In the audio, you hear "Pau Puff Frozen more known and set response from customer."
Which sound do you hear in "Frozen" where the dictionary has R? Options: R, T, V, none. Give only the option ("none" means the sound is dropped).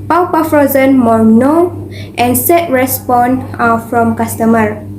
R